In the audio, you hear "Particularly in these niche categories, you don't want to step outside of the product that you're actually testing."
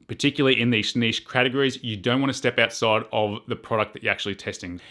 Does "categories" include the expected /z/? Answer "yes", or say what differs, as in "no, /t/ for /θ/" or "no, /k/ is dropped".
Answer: yes